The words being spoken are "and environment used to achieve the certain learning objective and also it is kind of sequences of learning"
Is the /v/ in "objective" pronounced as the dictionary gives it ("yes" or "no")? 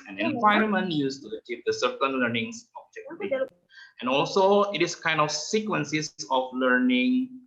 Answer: no